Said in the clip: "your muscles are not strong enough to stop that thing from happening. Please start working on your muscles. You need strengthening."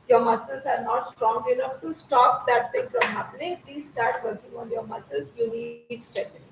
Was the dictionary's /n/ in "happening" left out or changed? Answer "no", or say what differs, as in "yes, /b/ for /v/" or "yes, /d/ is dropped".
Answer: yes, /l/ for /n/